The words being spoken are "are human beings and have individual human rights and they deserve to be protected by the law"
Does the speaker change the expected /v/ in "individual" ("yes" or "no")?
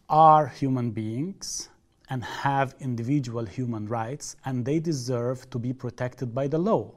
no